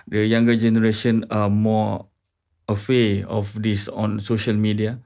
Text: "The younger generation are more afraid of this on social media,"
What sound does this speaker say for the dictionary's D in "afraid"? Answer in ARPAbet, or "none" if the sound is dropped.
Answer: none